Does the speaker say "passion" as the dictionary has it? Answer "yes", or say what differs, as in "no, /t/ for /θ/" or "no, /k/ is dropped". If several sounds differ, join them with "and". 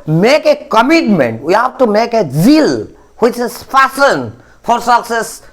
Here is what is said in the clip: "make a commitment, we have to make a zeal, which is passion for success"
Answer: no, /f/ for /p/ and /s/ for /ʃ/